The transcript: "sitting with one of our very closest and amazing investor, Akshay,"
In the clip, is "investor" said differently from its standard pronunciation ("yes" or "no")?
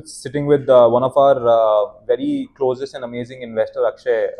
no